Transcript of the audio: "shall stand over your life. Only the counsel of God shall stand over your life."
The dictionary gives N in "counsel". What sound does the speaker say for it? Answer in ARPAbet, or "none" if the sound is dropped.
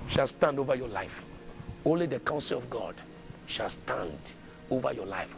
N